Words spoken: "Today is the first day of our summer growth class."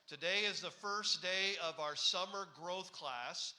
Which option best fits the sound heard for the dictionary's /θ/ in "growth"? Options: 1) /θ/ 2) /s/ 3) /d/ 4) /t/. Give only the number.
1